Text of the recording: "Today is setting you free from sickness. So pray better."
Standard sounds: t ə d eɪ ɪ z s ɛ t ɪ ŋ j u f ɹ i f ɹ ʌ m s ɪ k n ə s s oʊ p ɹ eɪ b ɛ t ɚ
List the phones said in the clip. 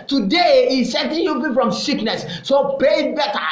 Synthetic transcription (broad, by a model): t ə d eɪ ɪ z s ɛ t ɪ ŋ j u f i f ɹ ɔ m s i k n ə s s oʊ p eɪ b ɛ t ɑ